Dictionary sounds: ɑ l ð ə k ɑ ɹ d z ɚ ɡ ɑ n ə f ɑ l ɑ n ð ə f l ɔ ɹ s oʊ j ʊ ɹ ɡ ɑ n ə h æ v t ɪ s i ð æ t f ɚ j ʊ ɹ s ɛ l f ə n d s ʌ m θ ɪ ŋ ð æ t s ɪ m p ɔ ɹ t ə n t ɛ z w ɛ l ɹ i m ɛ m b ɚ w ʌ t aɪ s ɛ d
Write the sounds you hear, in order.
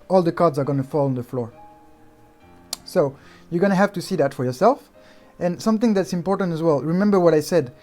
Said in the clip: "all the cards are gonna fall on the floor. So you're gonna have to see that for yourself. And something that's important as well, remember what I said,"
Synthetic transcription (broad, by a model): ɑ l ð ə k ɑ ɹ d z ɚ ɡ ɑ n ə f ɑ l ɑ n ð ə f l ɔ ɹ s oʊ j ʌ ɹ ɡ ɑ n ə h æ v t ɪ s i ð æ t f ɚ j ʊ ɹ s ɛ l f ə n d s ʌ m θ ɪ ŋ ð æ t s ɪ m p ɔ ɹ t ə n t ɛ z w ɛ l ɹ i m ɛ m b ɚ w ʌ t aɪ s ɛ d